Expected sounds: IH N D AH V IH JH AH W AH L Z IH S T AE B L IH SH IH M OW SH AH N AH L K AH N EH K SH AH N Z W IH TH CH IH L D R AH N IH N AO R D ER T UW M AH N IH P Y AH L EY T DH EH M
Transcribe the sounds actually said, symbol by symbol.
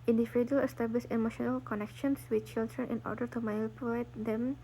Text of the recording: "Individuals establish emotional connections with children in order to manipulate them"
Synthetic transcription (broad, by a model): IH N D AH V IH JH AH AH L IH S T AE B L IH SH IH M OW SH AH N AH L K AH N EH K SH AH N S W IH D CH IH L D R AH N IH N AO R D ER T UW M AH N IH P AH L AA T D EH M